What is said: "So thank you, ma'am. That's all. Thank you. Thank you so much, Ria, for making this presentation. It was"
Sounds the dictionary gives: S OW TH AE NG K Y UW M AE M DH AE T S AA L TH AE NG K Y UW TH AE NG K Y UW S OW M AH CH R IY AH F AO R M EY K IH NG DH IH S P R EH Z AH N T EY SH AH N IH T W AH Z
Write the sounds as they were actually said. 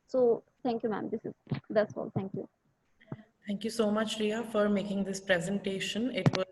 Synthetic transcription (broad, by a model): S OW T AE NG K Y UW M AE M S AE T S AA L T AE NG K Y UW T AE NG K Y UW S OW M AH CH R IY AH F AO R M EY K IH NG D IH S P R EH Z AH N T EY SH AH N IH T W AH